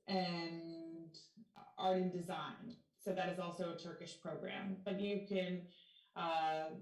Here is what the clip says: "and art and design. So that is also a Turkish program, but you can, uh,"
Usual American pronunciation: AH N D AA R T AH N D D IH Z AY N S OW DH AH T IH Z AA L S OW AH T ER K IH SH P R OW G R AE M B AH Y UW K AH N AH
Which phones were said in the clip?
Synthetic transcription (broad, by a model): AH N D AA R T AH N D D IH Z AY N S OW DH AH T IH Z AA L S OW AH T ER K IH SH P R OW G R AE M B AH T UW K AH N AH